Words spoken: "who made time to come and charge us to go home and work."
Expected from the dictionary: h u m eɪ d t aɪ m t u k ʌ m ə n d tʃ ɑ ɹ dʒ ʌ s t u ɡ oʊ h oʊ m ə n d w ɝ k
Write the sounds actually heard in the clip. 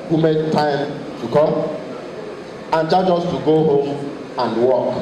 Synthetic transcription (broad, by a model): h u m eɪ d t aɪ m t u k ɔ ə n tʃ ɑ dʒ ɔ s t u ɡ oʊ h oʊ m ə n d w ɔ k